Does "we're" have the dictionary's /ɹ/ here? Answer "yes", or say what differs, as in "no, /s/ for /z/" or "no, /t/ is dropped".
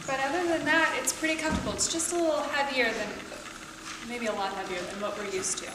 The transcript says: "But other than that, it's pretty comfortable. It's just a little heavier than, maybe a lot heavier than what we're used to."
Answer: yes